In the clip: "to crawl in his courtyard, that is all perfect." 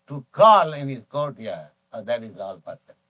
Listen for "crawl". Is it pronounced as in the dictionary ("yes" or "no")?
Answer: no